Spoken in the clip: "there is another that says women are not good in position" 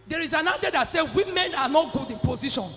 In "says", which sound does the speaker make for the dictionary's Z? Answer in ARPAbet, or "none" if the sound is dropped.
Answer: none